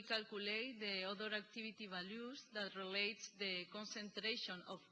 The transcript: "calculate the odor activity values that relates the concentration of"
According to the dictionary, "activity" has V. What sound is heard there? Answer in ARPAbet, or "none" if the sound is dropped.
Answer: B